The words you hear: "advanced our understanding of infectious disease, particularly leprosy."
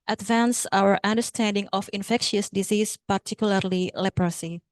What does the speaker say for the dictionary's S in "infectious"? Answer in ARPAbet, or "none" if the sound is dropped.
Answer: S